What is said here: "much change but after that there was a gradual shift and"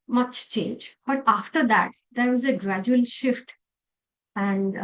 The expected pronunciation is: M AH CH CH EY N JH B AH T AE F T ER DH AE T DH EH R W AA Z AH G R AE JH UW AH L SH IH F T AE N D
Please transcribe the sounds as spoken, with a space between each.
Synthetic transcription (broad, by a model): M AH CH CH EY N JH B AH T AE F T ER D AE T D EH R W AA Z AH G R AE JH UW AH L SH IH F T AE N D